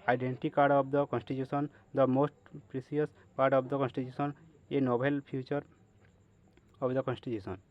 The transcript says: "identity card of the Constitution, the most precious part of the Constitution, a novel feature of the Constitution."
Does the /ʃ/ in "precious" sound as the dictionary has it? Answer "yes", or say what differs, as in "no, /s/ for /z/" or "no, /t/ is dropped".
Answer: no, /s/ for /ʃ/